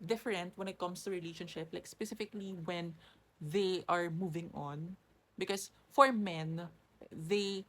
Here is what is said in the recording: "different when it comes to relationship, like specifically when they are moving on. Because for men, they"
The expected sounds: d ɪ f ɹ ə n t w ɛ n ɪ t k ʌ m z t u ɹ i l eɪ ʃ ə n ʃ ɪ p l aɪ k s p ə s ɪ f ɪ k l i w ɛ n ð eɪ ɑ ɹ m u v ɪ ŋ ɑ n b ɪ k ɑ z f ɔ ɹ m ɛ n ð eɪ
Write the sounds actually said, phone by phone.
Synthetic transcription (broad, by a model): d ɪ f ɹ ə n t w ɛ n ɪ t k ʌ m s t u ɹ i l eɪ ʃ ə n ʃ ɪ p l aɪ k s p ə s ɪ f ɪ k l i w ɛ n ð eɪ ɑ ɹ m u v ɪ ŋ ɑ n b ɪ k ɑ s f ɔ ɹ m ɛ n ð eɪ